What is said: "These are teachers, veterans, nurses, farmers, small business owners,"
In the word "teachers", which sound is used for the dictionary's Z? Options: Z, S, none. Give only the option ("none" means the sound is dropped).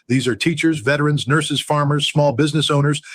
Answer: Z